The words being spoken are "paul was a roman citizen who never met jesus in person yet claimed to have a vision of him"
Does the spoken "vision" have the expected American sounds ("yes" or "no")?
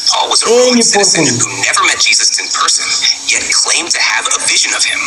yes